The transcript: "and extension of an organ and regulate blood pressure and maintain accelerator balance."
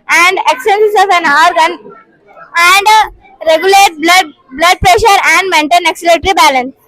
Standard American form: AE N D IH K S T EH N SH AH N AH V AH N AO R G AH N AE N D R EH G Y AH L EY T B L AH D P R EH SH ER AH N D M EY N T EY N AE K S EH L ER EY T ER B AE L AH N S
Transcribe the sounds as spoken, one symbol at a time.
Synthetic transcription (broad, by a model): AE N D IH K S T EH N S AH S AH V AH N AO R G AH N AE N D R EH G Y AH L EY T B L AH D P R EH SH ER AH N D M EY N T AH N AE K S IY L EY T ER B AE L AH N S